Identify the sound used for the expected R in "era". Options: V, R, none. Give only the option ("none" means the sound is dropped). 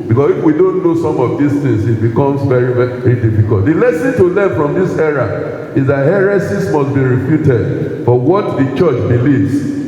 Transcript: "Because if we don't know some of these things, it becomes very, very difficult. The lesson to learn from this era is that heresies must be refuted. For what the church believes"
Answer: R